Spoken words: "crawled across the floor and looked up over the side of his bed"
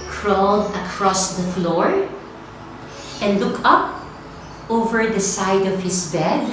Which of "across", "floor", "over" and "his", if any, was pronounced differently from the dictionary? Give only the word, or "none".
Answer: his